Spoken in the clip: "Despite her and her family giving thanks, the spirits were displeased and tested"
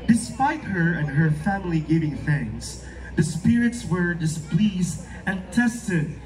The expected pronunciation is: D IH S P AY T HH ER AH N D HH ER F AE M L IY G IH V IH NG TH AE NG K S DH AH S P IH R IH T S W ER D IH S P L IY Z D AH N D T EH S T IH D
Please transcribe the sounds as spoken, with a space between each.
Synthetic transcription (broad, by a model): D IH S P AY T HH ER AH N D HH ER F AE M L IY G IH V IH NG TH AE NG S DH AH S P IH R IH T S W ER D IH S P L IY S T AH N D T EH S T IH D